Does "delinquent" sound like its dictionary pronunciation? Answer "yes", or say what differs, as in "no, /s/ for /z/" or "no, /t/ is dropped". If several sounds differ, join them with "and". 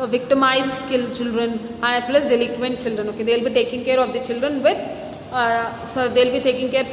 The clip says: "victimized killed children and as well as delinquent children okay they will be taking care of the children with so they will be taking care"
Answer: no, /ŋ/ is dropped